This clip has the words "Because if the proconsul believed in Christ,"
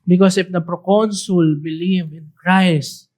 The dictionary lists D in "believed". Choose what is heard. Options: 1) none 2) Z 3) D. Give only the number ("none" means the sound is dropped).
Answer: 1